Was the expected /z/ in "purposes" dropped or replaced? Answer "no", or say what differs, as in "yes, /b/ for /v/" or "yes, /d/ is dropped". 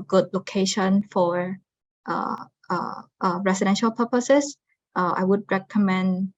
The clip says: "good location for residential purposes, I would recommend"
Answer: yes, /s/ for /z/